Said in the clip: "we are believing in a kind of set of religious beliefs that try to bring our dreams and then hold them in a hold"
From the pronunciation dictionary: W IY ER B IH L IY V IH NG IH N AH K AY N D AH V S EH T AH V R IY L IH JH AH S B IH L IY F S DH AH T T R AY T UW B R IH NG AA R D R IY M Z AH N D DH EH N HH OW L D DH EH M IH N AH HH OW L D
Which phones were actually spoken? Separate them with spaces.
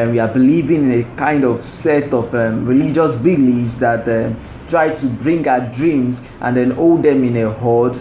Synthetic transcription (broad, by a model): W IY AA B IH L IY V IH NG IH N AH K AY N D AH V S EH T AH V R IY L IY JH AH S B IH L IY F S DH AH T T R AY T UW B R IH NG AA D R IY M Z AH N D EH N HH OW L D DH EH M IH N AH HH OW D